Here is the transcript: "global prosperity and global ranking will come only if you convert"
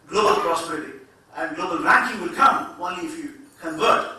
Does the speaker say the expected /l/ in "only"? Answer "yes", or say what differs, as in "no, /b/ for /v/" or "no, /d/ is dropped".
yes